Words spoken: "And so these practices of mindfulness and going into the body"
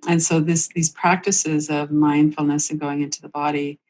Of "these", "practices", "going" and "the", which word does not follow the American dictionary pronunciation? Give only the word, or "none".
none